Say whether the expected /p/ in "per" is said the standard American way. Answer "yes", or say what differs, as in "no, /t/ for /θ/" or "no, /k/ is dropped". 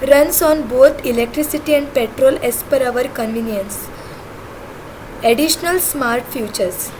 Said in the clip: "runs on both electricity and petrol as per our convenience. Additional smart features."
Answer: yes